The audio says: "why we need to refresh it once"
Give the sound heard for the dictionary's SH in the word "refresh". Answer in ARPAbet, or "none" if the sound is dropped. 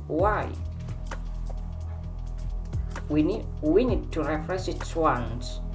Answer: S